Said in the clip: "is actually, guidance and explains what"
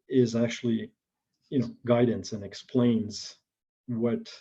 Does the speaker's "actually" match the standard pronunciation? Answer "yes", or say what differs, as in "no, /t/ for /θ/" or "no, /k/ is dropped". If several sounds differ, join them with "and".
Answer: no, /n/ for /l/